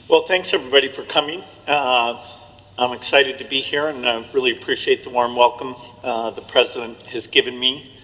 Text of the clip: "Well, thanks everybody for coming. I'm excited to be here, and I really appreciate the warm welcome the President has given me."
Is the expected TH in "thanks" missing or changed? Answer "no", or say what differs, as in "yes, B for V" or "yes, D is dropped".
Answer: no